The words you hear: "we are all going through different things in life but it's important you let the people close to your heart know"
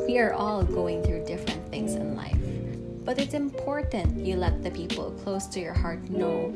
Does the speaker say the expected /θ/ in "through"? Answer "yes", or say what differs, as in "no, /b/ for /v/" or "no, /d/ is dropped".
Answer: yes